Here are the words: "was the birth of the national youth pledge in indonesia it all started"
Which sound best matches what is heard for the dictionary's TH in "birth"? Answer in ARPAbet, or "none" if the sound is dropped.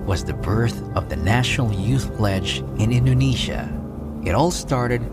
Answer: TH